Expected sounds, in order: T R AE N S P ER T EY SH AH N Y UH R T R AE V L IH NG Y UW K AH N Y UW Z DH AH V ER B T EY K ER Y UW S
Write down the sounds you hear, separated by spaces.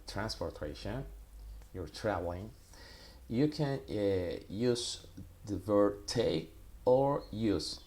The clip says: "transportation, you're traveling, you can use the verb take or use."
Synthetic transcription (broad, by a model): T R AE N S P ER T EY SH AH N Y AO R T R AE V L IH NG Y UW K AH N Y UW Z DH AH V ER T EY ER Y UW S